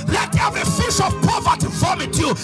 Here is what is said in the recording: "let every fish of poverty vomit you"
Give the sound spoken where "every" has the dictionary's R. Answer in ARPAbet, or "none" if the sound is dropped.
none